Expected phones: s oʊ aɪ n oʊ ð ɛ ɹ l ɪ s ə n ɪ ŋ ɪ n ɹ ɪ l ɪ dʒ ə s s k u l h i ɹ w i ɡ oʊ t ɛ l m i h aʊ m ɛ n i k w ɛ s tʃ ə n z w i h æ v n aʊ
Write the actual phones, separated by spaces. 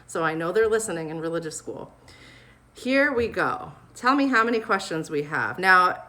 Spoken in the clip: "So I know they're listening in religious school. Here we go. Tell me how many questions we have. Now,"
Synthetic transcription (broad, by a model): s oʊ aɪ n oʊ ð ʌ ɹ l ɪ s ə n ɪ ŋ ɪ n ɹ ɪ l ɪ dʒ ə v s k u l h i ɹ w i ɡ oʊ t ɛ l m i h aʊ m ɛ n i k w ɛ s tʃ ə n z w i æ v n aʊ